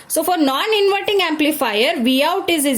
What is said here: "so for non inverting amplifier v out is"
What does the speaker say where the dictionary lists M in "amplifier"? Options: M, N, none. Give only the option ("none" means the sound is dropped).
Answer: M